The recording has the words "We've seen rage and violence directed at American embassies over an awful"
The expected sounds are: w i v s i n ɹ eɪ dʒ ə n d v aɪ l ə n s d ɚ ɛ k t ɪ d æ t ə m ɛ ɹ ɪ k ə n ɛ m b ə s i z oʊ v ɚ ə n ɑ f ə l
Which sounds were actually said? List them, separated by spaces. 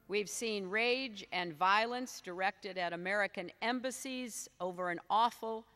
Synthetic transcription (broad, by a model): w i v s i n ɹ eɪ dʒ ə n v aɪ l ə n s d ɚ ɛ k t ɪ d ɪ t ə m ɛ ɹ ɪ k ə n ɛ m b ə s i z oʊ v ɚ ə n ɑ f l